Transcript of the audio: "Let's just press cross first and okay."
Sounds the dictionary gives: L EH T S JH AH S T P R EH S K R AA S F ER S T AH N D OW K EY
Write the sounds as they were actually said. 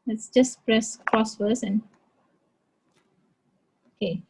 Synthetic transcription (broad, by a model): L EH T S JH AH S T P R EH S K R AA S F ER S AH N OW K EY